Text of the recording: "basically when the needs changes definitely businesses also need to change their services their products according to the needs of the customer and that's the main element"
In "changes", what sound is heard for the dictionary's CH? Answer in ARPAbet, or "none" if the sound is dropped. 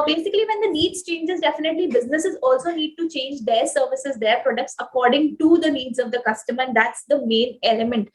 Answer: CH